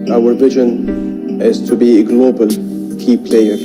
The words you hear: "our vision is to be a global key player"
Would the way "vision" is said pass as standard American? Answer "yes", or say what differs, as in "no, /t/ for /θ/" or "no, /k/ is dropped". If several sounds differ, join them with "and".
yes